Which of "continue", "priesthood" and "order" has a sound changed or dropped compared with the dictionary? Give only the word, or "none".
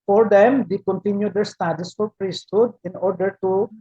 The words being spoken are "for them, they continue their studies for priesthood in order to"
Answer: none